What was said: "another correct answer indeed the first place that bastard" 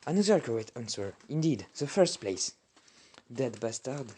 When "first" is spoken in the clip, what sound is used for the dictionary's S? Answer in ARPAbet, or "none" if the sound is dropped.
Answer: S